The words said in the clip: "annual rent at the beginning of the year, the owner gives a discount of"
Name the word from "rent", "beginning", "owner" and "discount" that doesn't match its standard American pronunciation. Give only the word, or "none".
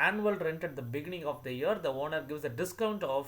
none